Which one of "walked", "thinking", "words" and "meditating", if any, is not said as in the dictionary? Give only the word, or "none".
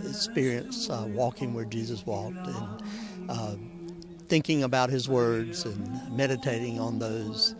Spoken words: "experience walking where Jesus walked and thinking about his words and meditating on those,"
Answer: none